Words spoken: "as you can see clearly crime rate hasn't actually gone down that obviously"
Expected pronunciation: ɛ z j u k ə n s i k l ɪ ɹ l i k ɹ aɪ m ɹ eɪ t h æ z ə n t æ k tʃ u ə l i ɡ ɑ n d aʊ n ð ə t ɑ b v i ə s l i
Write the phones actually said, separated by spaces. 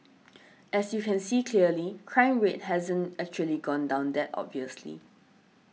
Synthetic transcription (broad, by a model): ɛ s j u k ə n s i k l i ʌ l i k ɹ aɪ m ɹ eɪ t h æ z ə n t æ k tʃ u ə l i ɡ ɑ n d aʊ n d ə t ɑ b v i ə s l i